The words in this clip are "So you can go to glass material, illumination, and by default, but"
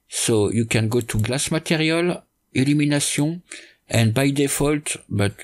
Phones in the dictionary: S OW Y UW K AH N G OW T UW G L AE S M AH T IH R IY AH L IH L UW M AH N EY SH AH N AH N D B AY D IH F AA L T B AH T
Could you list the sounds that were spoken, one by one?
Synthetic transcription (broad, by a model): S OW Y UW K AH N G OW T UW G L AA S M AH T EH R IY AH L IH L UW M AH N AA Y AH AH N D B AY D IH F AA L T B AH T